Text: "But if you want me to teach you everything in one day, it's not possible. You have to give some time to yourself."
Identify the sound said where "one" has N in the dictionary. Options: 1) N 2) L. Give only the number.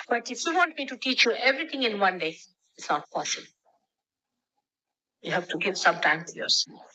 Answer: 1